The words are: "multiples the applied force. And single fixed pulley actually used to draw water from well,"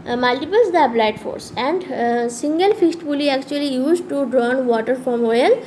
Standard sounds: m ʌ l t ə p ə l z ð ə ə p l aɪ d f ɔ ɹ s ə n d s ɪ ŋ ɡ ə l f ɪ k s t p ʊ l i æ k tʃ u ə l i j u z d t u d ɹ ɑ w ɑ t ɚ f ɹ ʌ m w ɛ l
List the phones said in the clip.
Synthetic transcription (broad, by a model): m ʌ l t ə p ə l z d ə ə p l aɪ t f ɔ ɹ s ə n d s ɪ ŋ ɡ ə l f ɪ s t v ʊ l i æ k tʃ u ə l i j u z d t u d ɹ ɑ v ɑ t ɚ f ɹ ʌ m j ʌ l